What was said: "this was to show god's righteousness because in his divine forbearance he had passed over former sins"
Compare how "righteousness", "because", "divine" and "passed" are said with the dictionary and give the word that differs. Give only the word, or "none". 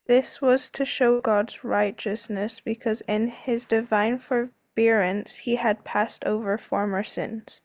none